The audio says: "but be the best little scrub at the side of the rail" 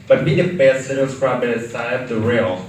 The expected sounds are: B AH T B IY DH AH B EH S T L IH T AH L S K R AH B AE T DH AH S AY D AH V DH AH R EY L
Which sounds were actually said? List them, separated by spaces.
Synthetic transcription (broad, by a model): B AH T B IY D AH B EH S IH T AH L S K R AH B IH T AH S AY AH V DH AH R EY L